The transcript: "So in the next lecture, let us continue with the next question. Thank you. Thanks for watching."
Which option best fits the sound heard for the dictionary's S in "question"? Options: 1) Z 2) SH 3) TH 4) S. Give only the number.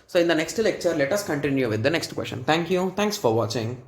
2